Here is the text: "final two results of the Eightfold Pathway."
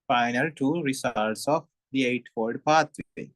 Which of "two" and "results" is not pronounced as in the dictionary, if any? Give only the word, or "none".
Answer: results